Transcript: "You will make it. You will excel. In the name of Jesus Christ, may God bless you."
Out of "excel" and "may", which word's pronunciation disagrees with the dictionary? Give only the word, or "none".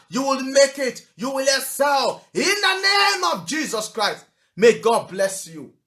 excel